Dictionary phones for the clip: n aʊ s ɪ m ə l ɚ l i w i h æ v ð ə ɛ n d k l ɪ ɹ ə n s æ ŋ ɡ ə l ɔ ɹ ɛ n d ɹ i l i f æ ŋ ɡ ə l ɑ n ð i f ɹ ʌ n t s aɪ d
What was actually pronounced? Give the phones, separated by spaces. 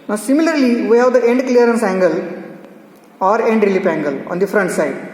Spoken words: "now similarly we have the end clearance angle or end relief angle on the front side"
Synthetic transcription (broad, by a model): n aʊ s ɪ m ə l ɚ l i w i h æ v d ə ɛ n d k l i ɹ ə n s æ ŋ ɡ ə l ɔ ɹ ɛ n d ɹ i l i p æ ŋ ɡ ə l ɑ n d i f ɹ ʌ n t s aɪ d